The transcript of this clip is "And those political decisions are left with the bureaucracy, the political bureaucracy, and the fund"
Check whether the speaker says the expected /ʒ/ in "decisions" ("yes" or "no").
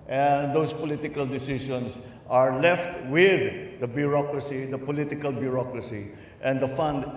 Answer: no